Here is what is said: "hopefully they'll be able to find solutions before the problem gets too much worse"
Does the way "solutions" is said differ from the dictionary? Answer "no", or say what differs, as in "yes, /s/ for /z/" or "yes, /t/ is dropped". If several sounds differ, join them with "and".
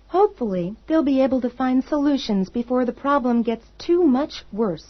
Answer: no